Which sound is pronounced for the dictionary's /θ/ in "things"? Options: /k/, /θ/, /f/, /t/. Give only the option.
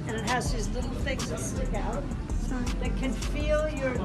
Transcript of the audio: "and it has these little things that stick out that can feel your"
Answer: /θ/